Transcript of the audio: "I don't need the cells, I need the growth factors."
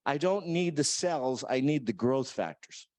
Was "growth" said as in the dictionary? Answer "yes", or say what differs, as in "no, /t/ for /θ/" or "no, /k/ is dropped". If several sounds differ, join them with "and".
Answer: yes